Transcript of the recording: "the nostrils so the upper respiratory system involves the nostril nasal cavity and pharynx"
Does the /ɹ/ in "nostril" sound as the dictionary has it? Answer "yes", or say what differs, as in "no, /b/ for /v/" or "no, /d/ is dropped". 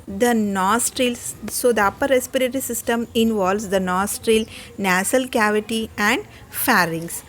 yes